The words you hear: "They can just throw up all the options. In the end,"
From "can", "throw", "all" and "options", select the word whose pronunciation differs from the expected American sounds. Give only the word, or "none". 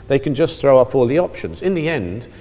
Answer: none